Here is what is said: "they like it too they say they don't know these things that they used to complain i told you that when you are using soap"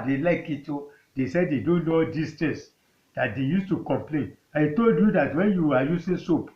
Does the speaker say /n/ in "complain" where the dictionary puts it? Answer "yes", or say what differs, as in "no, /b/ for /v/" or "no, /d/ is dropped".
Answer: yes